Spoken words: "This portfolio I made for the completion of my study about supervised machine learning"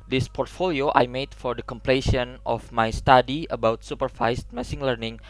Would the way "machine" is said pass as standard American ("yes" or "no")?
no